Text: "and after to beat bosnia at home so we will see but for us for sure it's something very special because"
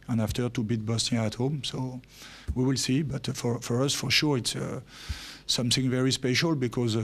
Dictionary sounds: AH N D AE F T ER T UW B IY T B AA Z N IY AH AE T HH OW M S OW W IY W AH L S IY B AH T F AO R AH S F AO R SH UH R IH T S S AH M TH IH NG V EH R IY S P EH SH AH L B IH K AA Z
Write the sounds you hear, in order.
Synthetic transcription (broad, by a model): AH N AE F T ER T UW B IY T B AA S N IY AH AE T HH OW M S OW W IY W AH L S IY B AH T F AO R AH S F AO R SH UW R IH T S S AH M TH IH NG V EH R IY S P EH SH AH L B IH K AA Z